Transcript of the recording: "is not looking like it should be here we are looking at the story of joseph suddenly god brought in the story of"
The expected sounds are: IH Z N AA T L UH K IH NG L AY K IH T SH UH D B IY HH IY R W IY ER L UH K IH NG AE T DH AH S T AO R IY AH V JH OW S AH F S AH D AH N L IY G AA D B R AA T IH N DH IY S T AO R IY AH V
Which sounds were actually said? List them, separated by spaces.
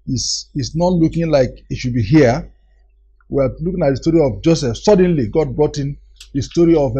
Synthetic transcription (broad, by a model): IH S N AA T L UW K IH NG L AY K IH T SH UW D B IY HH IY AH W IY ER L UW K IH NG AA T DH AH S T AO R IY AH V JH OW S AH F S AH D AH N L IY G AA D B R AA T IH N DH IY S T AO R IY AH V